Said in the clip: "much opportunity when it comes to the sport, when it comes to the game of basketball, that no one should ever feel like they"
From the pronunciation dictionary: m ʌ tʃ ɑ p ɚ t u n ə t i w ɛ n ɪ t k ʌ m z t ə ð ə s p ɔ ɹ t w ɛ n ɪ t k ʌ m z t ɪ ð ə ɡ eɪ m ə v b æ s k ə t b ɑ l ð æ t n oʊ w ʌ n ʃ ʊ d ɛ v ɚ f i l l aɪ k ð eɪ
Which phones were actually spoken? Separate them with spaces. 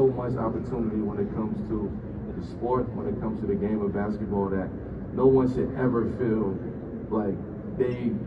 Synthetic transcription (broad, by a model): m ʌ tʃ ɑ p ɚ t u n ə t i w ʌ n ɪ t k ʌ m z t ə ð ə s p ɔ ɹ t w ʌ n ɪ t k ʌ m z t ɪ ð ə ɡ eɪ m ə v b æ s k ə t b ɑ l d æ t n oʊ w ʌ n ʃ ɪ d ɛ v ɚ f i l l aɪ k ð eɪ